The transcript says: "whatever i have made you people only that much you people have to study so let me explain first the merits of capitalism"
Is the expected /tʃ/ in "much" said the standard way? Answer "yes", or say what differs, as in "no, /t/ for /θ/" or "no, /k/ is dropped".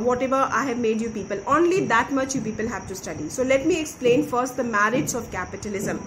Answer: yes